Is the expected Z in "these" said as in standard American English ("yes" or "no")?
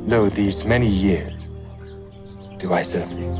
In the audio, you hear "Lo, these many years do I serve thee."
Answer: yes